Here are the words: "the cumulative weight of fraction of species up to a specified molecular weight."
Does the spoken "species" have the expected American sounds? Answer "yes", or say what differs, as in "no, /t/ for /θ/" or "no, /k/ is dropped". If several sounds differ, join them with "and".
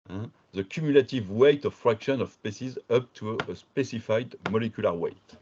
no, /s/ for /ʃ/